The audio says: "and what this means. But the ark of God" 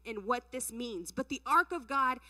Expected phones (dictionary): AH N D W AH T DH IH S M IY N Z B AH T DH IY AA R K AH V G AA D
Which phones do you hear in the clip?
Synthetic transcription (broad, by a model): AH N W AH T DH IH S M IY N Z B AH T DH IY AA R K AH V G AA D